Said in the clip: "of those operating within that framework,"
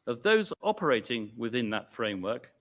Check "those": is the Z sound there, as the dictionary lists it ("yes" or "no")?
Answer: yes